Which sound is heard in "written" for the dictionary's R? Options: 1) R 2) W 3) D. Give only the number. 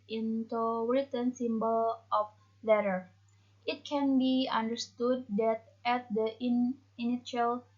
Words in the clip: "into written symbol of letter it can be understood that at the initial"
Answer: 2